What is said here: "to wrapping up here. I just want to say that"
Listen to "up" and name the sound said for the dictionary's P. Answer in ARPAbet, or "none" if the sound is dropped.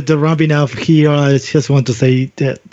F